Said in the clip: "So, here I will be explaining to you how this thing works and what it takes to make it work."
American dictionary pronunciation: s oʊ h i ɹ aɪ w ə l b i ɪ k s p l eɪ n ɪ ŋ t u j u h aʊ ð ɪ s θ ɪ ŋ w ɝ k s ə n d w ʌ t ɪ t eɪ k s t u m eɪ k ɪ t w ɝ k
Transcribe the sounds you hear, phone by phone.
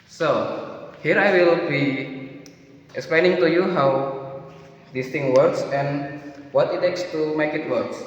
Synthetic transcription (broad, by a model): s oʊ h i ɹ aɪ w ə l b i ɪ k s p l eɪ n ɪ ŋ t u j u h aʊ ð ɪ s t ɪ ŋ w ɝ k s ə n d w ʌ t ɪ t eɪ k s t u m eɪ k ɪ t w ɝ k